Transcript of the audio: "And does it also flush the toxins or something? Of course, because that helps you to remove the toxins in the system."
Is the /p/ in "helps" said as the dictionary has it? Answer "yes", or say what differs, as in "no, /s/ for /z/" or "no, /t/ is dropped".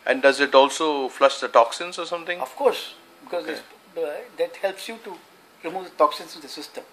yes